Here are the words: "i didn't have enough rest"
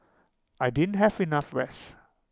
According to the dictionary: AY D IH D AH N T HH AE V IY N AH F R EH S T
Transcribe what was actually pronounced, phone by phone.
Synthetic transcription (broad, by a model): AY D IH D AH N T HH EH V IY N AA F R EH S